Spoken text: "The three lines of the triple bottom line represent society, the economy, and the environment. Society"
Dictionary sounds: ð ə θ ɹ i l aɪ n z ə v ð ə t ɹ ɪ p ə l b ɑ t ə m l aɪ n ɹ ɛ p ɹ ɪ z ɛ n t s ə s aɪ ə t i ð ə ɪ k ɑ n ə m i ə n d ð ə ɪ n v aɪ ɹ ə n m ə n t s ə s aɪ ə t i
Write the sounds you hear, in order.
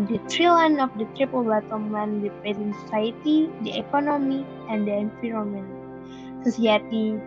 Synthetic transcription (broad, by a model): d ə t ɹ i l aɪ n ə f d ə t ɹ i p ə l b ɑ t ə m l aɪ n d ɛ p ɪ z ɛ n s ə s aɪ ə t i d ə ɪ k ɑ n ə m i ə n d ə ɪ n f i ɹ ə m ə n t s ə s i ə t i